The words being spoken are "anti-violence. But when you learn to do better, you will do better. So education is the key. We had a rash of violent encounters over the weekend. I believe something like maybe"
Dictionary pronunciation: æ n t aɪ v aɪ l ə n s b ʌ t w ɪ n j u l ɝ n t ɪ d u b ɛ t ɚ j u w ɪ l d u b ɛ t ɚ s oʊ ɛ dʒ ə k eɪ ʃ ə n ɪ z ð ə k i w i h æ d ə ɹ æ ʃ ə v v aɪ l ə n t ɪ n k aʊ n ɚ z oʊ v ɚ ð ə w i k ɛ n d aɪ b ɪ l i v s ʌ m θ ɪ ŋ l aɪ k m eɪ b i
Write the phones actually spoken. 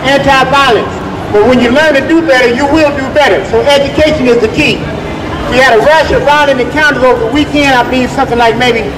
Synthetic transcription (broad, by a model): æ n t aɪ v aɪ l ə n s b ʌ t w ɪ n j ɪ l ɝ n t ɪ d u b ɛ t ɚ j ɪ w ɪ l d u b ɛ t ɚ s oʊ ɛ dʒ ə k eɪ ʃ ə n ɪ z ð ə k i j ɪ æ d ə ɹ æ ʃ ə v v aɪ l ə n ɪ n k aʊ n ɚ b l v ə w i k ɛ n d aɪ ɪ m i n s ʌ m θ ɪ ŋ l aɪ k m eɪ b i